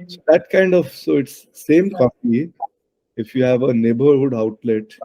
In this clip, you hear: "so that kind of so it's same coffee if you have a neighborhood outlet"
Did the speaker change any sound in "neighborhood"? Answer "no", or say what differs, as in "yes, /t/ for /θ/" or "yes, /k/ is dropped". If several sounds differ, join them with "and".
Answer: no